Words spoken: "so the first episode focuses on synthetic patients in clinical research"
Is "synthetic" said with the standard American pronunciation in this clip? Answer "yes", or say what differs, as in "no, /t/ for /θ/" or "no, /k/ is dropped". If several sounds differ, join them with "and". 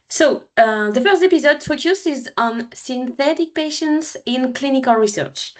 yes